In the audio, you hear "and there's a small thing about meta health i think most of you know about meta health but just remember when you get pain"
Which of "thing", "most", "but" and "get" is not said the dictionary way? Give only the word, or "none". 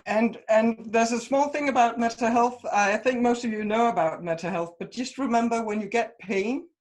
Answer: none